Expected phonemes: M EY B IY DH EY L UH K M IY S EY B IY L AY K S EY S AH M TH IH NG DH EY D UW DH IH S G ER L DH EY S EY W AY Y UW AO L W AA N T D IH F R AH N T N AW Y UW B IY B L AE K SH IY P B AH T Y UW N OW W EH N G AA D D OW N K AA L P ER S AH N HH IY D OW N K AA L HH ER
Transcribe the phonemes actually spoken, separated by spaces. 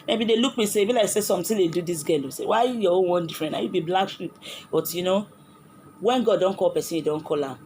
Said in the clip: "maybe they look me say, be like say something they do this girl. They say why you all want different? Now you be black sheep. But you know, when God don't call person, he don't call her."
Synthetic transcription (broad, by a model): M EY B IY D EY L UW K M IY S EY B IY L AY K S EY S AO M T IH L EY D UW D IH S G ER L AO S EY W AY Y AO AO N W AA N D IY F R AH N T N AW Y UW B IY B L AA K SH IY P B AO T Y UW N OW W EH N G AA D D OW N K AA L P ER S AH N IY D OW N K AA L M